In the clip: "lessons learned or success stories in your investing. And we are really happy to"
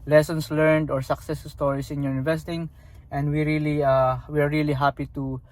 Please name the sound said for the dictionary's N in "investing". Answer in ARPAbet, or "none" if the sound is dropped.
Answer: none